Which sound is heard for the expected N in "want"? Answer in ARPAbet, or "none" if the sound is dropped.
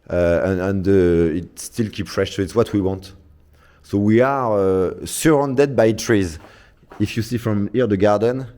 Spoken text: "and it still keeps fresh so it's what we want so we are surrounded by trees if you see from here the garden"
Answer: N